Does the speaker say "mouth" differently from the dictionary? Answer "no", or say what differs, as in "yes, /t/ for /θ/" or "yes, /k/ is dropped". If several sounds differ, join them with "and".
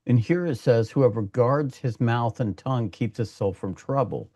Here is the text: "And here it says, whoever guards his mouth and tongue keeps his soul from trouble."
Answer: no